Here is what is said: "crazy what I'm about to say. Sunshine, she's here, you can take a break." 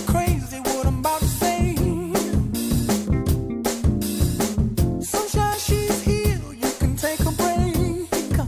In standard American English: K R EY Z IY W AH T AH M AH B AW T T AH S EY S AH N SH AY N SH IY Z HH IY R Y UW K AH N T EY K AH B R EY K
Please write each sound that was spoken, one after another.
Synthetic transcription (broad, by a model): K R EY Z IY W AH T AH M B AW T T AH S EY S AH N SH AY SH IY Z HH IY L Y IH K AH N T EY K AH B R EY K